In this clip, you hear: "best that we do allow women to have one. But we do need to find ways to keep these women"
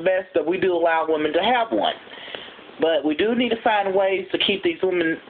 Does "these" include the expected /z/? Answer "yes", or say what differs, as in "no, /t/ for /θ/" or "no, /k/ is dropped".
yes